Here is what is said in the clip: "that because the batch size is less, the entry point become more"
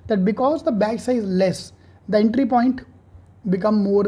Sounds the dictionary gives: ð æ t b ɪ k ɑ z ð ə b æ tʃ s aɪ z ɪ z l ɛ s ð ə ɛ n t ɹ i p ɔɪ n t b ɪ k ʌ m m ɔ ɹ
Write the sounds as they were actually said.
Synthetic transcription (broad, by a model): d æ t b ɪ k ɑ z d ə b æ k s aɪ ɪ z l ɛ s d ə ɛ n t ɹ i p ɔɪ n t b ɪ k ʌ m m ɔ ɹ